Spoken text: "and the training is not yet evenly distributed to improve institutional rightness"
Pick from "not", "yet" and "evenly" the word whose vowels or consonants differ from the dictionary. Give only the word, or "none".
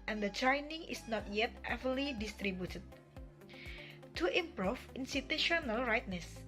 evenly